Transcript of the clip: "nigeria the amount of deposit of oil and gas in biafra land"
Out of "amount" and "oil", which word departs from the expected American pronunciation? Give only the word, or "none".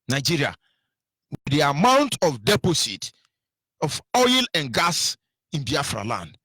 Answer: none